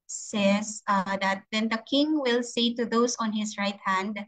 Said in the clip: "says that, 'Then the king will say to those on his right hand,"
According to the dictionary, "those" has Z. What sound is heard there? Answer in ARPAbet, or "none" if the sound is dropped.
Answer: S